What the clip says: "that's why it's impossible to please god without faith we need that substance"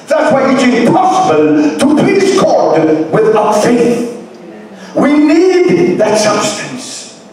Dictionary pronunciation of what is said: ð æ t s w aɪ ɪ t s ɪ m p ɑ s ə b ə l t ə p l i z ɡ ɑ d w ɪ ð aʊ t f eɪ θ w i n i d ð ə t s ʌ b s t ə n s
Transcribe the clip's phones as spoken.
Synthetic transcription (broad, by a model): ð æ t s w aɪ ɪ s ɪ p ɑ s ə b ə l t ə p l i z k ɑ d w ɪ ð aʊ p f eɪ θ w i n i d ð ə t s ʌ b s t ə n s